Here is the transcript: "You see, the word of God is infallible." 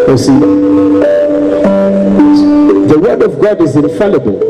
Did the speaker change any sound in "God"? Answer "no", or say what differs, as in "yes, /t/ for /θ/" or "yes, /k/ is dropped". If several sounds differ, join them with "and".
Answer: no